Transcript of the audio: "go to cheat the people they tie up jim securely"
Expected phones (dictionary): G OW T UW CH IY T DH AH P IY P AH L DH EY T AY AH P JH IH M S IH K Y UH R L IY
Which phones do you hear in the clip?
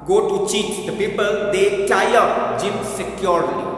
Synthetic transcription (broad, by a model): G OW T UW CH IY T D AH P IY P AH L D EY T AY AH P JH IH M S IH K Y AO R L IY